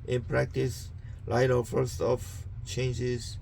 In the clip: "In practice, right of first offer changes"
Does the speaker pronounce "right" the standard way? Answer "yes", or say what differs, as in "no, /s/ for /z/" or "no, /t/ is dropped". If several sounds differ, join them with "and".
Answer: no, /l/ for /ɹ/